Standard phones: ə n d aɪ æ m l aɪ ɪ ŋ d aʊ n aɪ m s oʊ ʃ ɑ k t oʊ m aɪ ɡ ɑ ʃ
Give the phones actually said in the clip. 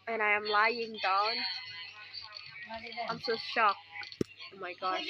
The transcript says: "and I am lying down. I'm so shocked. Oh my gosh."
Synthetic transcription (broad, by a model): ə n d aɪ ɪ m l aɪ ɪ ŋ d aʊ n aɪ m s oʊ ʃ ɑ k oʊ m aɪ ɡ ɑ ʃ